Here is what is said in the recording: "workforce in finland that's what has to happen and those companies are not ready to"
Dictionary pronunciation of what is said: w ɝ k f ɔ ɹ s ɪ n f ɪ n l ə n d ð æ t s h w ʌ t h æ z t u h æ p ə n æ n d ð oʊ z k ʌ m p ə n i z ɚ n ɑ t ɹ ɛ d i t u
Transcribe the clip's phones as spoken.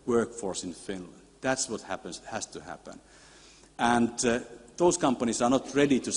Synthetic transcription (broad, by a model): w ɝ k f ɔ ɹ s ɪ n f ɪ n l ə n d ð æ t s h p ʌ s h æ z t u h æ p ə n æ n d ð oʊ s k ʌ m p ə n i s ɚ n ɑ t ɹ ɛ d i t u